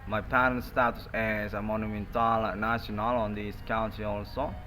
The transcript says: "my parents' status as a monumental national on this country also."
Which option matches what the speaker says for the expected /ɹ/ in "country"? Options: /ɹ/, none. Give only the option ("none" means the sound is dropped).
none